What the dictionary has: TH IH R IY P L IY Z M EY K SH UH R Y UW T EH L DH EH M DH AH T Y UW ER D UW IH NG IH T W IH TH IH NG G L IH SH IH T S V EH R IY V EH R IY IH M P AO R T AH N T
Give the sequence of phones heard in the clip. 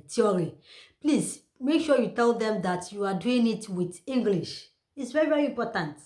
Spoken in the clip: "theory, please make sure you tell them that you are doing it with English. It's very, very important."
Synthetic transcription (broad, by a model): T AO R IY P L IY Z M EY K SH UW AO Y UW T EH L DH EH M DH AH T Y UW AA D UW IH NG IH T W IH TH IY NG G L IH SH IH T S V EH R IY V EH R IY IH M P AO T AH N T